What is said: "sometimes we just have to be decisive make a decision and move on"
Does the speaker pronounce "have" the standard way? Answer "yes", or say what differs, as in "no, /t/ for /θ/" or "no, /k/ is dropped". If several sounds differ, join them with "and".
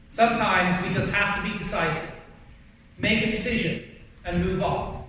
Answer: no, /f/ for /v/